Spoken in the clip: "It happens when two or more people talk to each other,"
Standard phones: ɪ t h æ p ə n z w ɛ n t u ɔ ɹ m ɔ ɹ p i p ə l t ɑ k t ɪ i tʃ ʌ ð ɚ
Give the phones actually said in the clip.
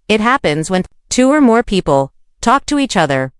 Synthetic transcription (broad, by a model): ɪ t h æ p ə n z w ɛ n t u ɔ ɹ m ɔ ɹ p i p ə l t ɑ k t ɪ i tʃ ʌ ð ɚ